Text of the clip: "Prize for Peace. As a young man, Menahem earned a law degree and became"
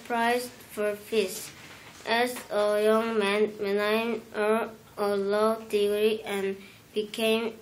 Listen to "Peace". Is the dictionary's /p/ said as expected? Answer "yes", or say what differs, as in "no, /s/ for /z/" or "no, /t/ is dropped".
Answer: no, /f/ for /p/